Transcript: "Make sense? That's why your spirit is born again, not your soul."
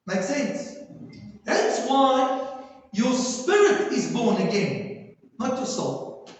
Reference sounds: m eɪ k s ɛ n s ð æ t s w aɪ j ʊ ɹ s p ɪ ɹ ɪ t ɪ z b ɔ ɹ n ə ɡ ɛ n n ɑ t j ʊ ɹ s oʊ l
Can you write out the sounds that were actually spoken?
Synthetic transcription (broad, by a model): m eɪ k s ɛ n s ð æ t s w aɪ j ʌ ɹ s p ɪ ɹ ɪ t ɪ z b ɔ ɹ n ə ɡ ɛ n n ɑ t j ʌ s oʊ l